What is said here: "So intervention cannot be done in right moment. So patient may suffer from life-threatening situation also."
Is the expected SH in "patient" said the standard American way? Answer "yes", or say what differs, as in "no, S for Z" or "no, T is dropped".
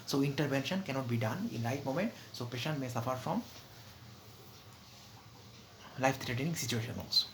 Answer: yes